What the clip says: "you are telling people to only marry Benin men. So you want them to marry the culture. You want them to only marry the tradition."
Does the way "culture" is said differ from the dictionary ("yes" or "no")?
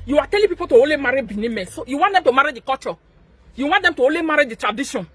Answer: yes